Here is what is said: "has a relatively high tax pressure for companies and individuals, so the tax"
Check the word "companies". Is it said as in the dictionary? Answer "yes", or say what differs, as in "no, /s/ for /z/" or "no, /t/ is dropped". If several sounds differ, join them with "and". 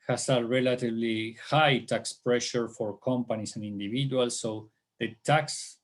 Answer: no, /s/ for /z/